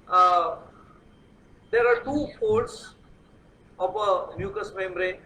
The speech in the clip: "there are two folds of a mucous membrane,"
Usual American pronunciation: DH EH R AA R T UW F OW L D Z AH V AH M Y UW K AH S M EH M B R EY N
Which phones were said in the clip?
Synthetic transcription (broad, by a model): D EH R AA R T UW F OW D S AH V AH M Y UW K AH S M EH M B R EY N